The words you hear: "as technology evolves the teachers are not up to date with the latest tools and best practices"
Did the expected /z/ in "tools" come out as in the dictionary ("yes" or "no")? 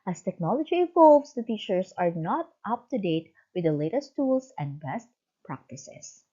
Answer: no